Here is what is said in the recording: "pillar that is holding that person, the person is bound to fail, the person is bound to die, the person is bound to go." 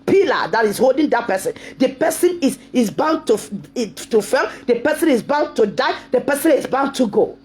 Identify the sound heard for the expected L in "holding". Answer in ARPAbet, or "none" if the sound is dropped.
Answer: L